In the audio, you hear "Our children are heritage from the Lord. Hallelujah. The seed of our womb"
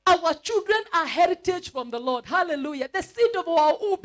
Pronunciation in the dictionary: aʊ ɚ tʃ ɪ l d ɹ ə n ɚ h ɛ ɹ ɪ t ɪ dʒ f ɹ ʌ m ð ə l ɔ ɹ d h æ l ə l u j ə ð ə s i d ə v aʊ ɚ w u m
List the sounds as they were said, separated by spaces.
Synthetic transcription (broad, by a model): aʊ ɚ tʃ ɪ l d ɹ ə n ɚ h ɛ ɹ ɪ t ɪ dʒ f ɹ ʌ m ð ə l ɔ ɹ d h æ l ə l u j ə ð ə s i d ə v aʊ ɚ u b